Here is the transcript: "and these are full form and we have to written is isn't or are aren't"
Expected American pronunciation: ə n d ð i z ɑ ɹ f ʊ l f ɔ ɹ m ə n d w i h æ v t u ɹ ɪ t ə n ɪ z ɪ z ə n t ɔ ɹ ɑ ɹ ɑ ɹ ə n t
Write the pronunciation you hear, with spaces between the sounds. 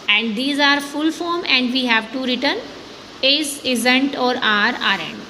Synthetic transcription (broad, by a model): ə n d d i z ɑ ɹ f ʊ l f ɔ ɹ m ə n d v i h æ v t u ɹ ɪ t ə n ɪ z ɪ z ə n t ɔ ɹ ɑ ɹ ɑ ɹ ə n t